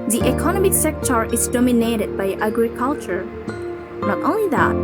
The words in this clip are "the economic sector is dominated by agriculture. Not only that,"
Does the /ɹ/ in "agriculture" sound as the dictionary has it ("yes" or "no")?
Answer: yes